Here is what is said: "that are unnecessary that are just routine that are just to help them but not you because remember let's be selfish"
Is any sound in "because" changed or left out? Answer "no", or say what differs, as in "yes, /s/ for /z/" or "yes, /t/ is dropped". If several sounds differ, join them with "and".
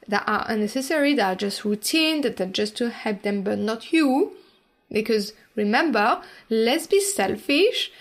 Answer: no